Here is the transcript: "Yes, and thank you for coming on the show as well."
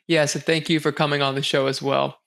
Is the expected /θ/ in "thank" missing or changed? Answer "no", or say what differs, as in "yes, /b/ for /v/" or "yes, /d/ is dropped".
no